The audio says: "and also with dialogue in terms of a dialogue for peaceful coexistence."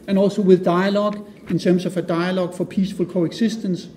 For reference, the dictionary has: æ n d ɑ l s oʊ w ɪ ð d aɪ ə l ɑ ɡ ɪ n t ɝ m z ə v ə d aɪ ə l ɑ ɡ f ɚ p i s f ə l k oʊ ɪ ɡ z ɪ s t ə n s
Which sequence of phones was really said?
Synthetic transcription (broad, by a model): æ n ɑ l s oʊ w ɪ ð d aɪ ə l ɑ ɡ ɪ n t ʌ m s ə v ə d aɪ ə l ɑ ɡ f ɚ p i s f ə l k oʊ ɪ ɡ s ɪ s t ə n s